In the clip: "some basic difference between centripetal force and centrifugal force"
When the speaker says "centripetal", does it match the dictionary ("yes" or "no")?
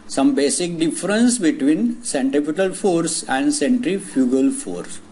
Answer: no